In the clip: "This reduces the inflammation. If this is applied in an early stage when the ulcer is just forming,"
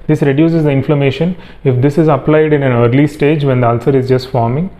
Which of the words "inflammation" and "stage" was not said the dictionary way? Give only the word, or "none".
none